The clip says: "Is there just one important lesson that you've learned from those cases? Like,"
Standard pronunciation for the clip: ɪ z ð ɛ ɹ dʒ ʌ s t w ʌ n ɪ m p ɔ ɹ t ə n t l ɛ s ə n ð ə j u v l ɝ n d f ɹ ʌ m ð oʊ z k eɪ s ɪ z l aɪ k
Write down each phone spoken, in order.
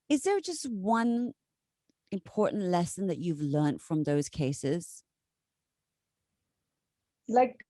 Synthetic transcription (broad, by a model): ɪ z ð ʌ ɹ dʒ ʌ s t w ʌ n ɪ m p ɔ ɹ t n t l ɛ s ə n ð ə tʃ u v l ɝ n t f ɹ ʌ m ð oʊ z k eɪ s ɪ z l aɪ k